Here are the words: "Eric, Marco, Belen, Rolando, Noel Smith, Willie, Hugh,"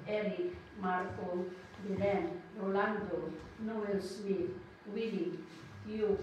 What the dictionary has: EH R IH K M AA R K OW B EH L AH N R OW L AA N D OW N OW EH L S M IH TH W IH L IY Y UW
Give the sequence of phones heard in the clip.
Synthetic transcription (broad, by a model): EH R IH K M AA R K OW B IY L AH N R OW L AA N D OW N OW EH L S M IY T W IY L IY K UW